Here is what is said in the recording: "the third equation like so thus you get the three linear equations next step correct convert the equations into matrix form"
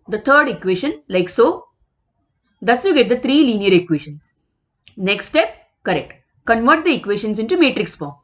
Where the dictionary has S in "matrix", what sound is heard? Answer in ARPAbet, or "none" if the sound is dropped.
S